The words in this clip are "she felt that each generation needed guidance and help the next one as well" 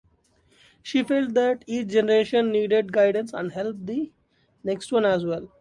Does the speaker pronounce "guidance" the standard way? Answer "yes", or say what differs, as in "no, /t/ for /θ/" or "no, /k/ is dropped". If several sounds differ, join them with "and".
yes